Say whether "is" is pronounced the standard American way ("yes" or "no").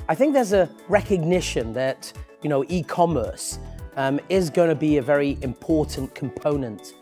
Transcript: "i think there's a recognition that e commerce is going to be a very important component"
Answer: yes